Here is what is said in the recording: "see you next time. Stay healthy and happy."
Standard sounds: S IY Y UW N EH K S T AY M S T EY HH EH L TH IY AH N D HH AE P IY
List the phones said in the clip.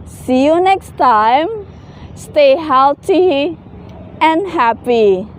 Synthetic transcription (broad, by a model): S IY Y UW N EH K S T AY M S T EY HH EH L T IY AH N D HH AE P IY